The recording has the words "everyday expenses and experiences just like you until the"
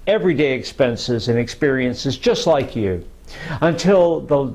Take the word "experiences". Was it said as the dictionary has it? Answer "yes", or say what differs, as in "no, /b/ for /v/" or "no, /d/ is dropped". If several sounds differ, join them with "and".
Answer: yes